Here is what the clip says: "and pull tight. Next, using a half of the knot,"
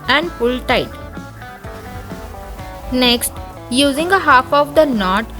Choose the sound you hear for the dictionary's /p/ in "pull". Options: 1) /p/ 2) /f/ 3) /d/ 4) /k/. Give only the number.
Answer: 2